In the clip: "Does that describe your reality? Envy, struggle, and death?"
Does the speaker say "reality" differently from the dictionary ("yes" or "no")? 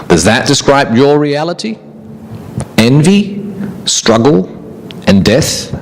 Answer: no